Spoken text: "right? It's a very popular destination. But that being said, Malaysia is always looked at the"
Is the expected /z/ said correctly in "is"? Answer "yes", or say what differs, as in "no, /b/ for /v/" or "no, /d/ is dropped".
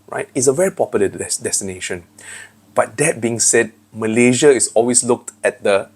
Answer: no, /s/ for /z/